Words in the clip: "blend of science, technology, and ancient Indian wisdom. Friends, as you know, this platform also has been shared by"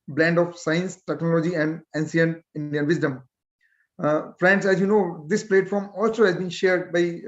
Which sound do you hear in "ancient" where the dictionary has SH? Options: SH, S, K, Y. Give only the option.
S